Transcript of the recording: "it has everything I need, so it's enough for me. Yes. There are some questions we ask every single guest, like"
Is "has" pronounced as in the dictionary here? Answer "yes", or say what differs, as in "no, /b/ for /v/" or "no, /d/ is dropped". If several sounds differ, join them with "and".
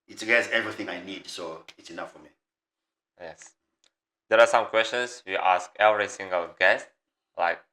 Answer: no, /s/ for /z/